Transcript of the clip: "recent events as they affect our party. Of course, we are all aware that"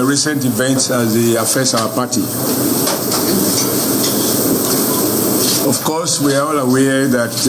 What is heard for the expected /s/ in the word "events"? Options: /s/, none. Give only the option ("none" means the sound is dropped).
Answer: /s/